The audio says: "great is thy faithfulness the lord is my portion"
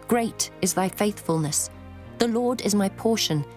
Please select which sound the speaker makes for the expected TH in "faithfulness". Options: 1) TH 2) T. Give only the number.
1